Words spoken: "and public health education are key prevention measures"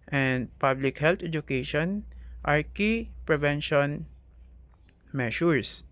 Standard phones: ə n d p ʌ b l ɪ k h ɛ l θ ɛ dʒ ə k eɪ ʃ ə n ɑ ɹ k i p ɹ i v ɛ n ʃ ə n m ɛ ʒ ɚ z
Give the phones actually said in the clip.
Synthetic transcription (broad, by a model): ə n d p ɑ b l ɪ k h ɛ l t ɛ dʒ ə k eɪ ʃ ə n ɑ ɹ k i p ɹ i v ɛ n ʃ ə n m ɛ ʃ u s